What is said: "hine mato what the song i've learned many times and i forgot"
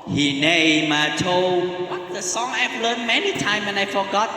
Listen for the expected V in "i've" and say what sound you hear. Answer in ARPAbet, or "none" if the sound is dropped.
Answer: P